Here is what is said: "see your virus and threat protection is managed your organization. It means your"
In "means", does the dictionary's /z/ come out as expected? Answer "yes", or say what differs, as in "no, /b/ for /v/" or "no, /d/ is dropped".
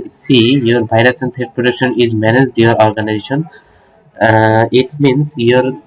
no, /s/ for /z/